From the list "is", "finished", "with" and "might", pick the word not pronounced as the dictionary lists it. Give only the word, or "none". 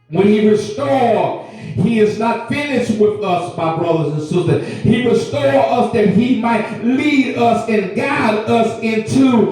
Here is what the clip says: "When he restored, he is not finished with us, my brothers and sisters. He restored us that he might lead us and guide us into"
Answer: none